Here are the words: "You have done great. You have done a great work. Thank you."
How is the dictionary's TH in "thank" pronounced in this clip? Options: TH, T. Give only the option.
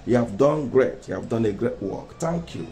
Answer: T